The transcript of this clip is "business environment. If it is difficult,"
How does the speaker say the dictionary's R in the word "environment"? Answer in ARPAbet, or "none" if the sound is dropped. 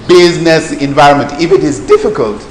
R